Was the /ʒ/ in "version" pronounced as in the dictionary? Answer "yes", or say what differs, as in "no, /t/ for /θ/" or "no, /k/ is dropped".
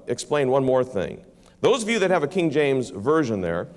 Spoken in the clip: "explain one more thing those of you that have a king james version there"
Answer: yes